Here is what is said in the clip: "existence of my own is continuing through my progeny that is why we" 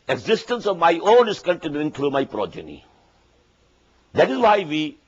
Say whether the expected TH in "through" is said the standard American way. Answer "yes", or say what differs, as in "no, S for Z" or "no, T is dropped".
no, T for TH